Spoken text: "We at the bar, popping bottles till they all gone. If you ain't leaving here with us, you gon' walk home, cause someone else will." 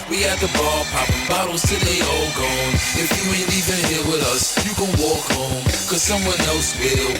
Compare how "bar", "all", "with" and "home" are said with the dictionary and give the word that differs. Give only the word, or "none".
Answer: bar